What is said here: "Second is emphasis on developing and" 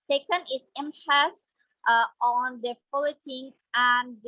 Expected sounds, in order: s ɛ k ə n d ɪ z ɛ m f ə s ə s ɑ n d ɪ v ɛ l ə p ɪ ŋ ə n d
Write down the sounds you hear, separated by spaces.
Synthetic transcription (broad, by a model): s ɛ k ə n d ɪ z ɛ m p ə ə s ɑ n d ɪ f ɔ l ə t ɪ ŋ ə n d